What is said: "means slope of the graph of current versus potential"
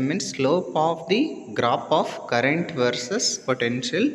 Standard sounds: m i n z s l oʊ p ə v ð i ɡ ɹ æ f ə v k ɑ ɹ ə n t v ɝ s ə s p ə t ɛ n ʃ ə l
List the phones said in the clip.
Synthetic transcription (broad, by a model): m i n s l oʊ p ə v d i ɡ ɹ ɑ p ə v k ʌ ɹ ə n t v ɝ s ə s p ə t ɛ n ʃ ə l